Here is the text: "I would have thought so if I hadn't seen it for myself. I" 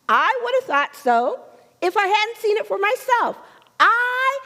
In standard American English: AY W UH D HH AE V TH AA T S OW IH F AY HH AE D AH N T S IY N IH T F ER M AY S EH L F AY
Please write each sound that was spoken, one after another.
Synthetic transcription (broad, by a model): AY W UH D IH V TH AA T S OW IH F AY HH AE D N T S IY N IH T F ER M AY S EH L F AY